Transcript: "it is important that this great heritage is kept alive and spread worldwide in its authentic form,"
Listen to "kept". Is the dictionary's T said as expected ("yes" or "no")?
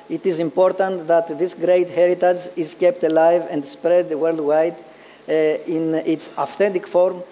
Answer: yes